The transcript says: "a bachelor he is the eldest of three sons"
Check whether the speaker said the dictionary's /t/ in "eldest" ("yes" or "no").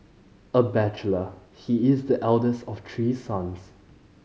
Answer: yes